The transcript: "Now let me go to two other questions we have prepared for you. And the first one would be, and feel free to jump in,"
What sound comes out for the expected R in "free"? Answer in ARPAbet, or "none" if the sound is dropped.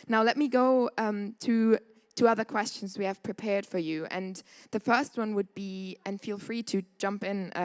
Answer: R